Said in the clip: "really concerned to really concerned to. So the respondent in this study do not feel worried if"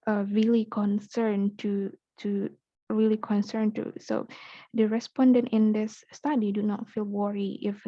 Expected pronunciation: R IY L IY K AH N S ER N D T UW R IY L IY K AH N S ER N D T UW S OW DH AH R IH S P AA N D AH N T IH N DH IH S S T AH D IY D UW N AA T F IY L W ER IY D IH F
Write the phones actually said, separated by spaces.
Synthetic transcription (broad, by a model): R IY L IY K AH N S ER N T T UW R IY L IY K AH N S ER N T UW S OW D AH R IH S P AA N D AH N T IH N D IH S S T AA D IY D UW N AA T F IY L W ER IY IH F